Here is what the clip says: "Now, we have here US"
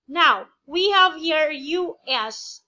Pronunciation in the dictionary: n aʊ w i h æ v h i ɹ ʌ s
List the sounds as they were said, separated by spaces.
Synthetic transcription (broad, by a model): n aʊ w i h æ v h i ɹ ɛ s